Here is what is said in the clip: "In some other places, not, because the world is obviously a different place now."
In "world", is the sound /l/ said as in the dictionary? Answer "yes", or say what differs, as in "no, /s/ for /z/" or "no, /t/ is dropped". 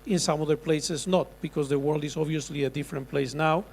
yes